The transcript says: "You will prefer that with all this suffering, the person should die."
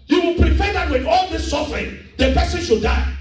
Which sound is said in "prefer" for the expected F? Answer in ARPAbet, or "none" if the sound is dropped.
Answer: P